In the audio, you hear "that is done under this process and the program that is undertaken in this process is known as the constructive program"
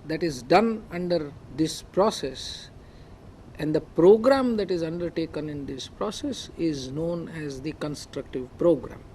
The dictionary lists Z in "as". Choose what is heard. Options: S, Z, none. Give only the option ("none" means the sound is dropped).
Z